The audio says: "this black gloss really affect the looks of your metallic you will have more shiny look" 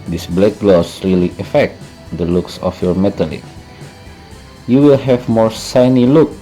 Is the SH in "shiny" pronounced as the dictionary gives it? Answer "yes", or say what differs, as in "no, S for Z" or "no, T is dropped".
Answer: no, S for SH